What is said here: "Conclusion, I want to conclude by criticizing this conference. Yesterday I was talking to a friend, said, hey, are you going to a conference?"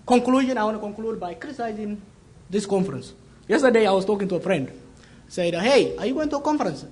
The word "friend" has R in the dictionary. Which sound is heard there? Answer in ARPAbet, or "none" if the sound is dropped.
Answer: R